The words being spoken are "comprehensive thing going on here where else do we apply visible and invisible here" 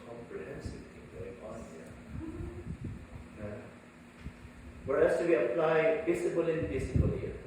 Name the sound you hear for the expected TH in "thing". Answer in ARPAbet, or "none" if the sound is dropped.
T